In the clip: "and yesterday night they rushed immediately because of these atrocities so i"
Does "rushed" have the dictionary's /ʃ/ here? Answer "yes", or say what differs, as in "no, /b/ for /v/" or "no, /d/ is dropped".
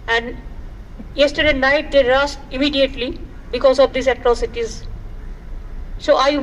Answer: no, /s/ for /ʃ/